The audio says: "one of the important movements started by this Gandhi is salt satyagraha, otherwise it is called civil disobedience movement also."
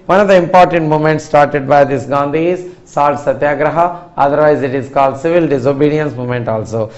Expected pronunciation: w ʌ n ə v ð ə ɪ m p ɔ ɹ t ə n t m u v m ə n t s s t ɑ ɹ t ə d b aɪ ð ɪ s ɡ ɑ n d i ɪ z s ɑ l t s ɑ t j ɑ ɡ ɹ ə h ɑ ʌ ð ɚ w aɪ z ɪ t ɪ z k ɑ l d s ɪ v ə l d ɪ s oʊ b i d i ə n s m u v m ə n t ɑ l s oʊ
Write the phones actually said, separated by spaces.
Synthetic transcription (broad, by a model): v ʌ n ə v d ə ɪ m p ɔ ɹ t ə n t m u m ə n t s s t ɑ ɹ t ə d b aɪ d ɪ s ɡ ɑ n d i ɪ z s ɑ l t s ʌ t j ɑ ɡ ɹ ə h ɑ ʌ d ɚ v aɪ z ɪ t ɪ z k ɑ l d s ɪ v ə l d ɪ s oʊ b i d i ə n s m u m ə n t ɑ l s oʊ